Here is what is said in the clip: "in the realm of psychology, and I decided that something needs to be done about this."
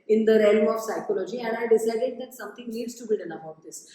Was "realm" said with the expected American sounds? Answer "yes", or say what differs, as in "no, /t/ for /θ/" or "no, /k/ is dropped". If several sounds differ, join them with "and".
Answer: yes